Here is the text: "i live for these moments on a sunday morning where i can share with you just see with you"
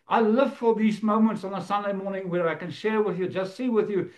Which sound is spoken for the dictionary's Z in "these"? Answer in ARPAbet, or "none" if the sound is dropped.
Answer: Z